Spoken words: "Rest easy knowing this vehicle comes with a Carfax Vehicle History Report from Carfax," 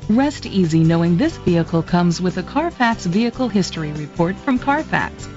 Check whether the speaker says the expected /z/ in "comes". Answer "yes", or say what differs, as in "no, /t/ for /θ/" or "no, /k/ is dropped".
yes